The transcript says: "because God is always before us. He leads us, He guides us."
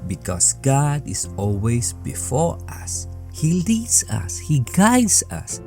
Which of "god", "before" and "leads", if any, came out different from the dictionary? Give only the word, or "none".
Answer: leads